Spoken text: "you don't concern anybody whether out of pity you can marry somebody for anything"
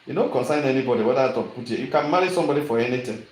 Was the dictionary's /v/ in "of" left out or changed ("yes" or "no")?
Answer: yes